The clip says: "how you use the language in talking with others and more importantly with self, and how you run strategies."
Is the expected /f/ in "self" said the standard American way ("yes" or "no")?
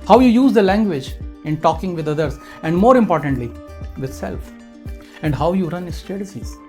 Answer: yes